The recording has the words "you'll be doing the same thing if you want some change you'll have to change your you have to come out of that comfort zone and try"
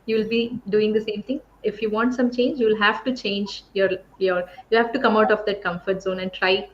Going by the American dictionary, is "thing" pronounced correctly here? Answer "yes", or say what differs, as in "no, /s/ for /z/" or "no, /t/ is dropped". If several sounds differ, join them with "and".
no, /t/ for /θ/